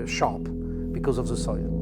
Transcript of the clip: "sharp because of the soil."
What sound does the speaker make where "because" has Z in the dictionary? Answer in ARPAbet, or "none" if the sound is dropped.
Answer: Z